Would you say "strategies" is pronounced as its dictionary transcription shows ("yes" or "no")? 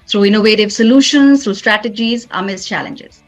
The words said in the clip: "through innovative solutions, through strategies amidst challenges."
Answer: yes